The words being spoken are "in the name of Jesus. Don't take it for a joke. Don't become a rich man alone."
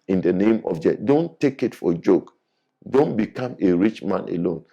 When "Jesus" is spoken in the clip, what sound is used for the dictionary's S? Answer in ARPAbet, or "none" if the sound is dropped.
none